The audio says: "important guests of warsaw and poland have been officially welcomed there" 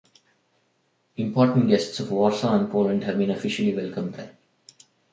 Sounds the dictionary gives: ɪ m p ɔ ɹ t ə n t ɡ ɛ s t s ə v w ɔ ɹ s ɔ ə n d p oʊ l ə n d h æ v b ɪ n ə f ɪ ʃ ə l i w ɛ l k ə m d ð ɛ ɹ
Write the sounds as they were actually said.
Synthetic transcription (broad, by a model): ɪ m p ɔ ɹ t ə n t ɡ ɛ s t s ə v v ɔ ɹ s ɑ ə n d p oʊ l ə n d h æ v b ɪ n ə f ɪ ʃ ə l i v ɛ l k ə m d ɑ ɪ